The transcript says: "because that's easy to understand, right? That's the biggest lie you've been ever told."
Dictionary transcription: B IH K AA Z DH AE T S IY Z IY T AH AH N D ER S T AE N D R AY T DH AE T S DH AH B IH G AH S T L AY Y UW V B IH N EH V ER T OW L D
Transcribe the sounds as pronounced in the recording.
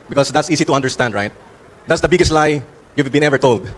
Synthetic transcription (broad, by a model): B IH K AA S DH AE T S IY S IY T AH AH N D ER S T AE N D R AY T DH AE T S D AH B IH G AH S T L AY Y UW V B IH N EH V ER T OW L D